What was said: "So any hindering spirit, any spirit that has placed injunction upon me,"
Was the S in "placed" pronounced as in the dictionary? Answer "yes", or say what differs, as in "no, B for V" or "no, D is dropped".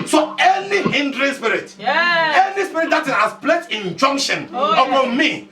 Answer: no, S is dropped